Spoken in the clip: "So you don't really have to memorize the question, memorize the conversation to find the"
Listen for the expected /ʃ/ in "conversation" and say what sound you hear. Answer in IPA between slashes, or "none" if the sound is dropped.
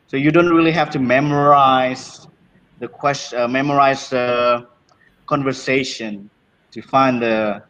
/ʃ/